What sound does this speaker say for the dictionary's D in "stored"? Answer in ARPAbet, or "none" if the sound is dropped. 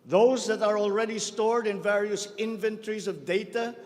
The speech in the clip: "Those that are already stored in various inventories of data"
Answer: D